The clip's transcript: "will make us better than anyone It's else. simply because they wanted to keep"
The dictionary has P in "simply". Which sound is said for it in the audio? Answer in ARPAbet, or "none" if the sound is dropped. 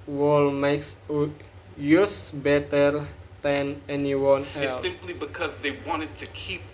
P